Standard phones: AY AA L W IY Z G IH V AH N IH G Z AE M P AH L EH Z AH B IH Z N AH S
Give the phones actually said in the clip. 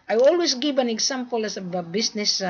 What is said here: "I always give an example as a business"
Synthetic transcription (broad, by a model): AY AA L W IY S G IH V AH N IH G S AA M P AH L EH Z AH B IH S N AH S